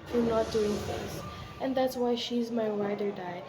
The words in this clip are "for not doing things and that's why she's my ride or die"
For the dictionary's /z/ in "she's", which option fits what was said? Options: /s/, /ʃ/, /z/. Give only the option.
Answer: /z/